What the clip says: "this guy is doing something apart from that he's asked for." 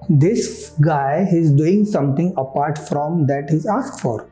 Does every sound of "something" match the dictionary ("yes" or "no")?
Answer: no